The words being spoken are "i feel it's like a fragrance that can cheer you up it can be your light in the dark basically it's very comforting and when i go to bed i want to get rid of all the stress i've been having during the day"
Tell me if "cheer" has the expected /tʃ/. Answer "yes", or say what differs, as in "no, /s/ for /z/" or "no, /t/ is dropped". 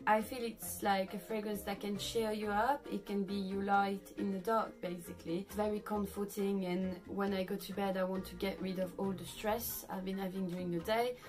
no, /ʃ/ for /tʃ/